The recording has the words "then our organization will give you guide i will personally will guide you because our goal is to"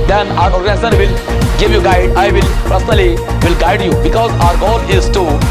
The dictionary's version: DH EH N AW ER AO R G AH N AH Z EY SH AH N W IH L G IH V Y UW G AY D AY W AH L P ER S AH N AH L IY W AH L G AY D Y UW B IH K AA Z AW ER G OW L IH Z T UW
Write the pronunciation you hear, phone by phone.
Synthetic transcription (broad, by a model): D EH N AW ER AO R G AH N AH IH S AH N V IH L G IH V Y UW G AY D AY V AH L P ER S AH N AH L IY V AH L G AY D Y UW B IH K AA Z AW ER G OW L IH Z T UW